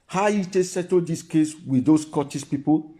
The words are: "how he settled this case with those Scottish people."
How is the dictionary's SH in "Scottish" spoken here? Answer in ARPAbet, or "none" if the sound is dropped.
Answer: S